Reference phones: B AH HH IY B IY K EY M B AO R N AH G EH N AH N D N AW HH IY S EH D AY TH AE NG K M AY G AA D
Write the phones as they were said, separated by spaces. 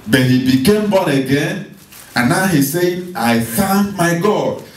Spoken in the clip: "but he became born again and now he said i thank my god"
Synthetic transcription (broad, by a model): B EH HH IY B IY K EY M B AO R AH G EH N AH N N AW HH IY S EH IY AY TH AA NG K M AY G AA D